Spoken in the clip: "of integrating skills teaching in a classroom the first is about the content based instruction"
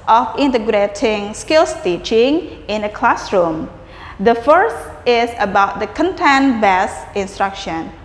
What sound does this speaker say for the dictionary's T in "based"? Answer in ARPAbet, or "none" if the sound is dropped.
none